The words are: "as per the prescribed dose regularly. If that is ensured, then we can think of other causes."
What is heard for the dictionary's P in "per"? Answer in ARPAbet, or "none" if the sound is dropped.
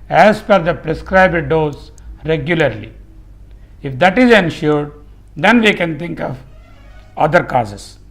F